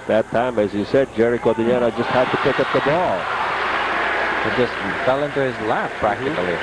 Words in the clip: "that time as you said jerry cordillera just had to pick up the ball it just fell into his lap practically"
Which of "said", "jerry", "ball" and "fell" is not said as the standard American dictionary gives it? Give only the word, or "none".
none